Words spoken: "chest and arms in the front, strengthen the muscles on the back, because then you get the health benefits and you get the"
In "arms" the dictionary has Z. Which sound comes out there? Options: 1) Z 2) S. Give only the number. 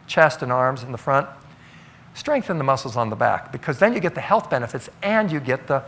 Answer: 1